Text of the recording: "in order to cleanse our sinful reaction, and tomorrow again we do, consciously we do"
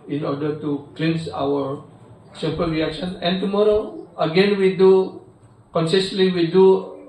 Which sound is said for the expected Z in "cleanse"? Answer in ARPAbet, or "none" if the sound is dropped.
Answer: S